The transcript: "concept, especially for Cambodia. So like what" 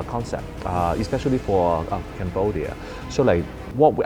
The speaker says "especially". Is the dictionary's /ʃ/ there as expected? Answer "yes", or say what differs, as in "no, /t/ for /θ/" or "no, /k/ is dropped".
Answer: yes